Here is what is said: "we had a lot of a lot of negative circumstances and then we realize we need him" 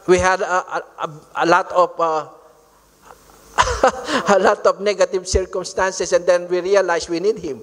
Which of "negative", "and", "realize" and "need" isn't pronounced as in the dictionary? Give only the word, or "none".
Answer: realize